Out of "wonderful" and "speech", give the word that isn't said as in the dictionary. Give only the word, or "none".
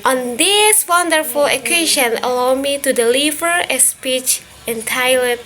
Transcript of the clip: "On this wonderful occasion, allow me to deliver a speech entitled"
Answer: none